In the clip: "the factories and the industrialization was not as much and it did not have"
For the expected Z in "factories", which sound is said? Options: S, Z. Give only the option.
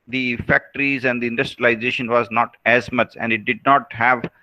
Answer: Z